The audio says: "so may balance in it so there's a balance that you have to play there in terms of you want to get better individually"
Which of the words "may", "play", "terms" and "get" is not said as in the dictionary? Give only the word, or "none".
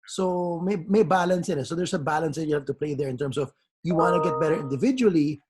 terms